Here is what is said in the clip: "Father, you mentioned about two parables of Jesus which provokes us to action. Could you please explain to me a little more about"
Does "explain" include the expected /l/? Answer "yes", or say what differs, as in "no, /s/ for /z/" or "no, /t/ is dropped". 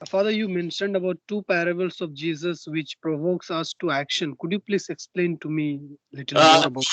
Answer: yes